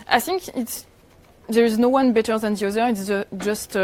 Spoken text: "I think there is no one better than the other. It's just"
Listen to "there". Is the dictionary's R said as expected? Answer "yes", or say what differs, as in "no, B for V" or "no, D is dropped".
yes